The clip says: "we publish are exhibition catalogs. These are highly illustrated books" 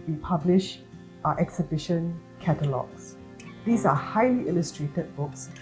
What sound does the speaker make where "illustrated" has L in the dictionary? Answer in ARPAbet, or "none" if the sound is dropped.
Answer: L